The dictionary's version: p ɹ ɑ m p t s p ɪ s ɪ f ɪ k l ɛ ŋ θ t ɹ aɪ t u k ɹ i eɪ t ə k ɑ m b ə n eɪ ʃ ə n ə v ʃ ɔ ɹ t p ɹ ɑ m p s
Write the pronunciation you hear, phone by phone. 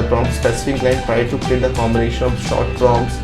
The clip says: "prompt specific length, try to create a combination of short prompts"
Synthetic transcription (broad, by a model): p ɹ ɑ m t s p ɪ s ɪ f ɪ k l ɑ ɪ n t ɹ aɪ t u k l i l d ə k ɑ m b ə n eɪ ʃ ə n ə v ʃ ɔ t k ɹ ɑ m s